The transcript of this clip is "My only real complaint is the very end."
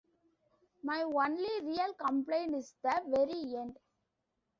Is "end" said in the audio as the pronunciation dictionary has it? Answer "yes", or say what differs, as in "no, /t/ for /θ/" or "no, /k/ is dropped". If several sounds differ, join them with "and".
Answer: yes